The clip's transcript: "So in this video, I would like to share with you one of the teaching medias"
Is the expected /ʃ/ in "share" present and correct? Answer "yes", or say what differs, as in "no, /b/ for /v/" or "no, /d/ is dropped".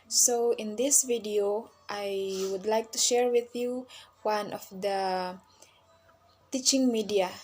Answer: yes